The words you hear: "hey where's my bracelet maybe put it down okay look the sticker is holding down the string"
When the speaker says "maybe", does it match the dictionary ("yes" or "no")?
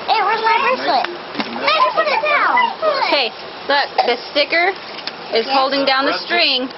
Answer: no